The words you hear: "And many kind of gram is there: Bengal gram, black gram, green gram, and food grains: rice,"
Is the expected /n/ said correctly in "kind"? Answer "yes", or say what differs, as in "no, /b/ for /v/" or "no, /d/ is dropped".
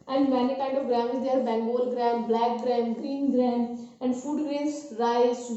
no, /n/ is dropped